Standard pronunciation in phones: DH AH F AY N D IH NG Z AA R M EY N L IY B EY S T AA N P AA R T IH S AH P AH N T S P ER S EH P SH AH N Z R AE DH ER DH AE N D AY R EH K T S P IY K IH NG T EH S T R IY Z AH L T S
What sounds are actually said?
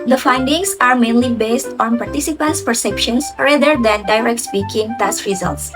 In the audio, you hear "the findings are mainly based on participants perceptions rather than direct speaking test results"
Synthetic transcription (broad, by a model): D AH F AY N D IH NG S AA R M EY N L IY B EY S T AA N P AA R T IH S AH P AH N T S P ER S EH P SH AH N S R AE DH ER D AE N D AY R EH K T S P IY K IH NG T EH S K R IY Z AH L T S